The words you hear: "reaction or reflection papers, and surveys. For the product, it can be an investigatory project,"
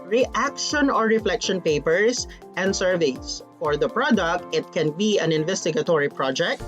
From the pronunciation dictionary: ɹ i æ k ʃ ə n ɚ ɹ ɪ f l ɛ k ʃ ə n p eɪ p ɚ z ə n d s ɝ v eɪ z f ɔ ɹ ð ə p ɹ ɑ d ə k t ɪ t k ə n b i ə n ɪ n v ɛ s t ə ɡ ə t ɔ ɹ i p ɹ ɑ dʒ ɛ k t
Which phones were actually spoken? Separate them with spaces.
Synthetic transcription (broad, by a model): ɹ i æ k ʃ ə n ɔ ɹ ɪ f l ɛ k ʃ ə n p eɪ p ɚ s ə n d s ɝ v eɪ s f ɔ ɹ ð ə p ɹ ɑ d ə k t ɪ t k ə n b i ə n ɪ n v ɛ s t ə ɡ ə t ɔ ɹ i p ɹ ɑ dʒ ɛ k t